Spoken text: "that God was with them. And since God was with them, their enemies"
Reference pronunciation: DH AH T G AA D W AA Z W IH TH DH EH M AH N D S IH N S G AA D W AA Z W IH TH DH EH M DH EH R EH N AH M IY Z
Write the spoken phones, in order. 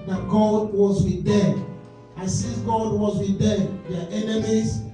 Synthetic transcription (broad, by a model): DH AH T G AA D W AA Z W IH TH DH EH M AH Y S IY S G AA D W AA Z W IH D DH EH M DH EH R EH N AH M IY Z